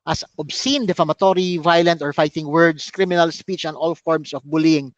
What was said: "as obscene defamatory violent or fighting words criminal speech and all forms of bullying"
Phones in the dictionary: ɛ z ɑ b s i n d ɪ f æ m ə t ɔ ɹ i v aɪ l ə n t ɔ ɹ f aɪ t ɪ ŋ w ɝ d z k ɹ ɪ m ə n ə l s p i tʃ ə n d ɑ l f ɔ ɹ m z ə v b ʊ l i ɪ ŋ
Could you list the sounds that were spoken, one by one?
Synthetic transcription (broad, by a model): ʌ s ɑ b s i n d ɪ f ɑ m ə t ɔ ɹ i v aɪ l ə n t ɔ ɹ f aɪ t ɪ ŋ w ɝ d s k ɹ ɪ m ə n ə l s p i tʃ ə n ɑ l f ɔ ɹ m s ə f b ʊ l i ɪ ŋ